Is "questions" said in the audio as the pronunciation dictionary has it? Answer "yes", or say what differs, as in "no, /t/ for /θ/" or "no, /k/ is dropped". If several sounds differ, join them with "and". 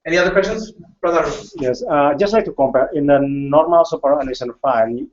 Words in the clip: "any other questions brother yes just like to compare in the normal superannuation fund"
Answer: no, /tʃ/ is dropped